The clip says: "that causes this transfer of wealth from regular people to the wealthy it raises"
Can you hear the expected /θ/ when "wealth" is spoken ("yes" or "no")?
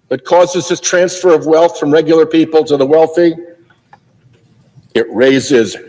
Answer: yes